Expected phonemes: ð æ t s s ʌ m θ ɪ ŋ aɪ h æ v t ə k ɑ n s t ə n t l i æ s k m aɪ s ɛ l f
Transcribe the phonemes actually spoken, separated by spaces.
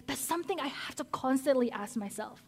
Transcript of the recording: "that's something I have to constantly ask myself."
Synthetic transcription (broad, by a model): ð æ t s s ʌ m θ ɪ ŋ aɪ h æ f t ə k ɑ n s t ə n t l i æ s k m aɪ s ɛ l f